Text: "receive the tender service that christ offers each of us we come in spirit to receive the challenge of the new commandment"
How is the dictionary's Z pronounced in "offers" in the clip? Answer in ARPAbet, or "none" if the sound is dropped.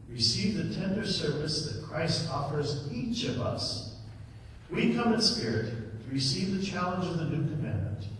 Z